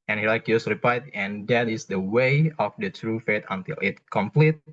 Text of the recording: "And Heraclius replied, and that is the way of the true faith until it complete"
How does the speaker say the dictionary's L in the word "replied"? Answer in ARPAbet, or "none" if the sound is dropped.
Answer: none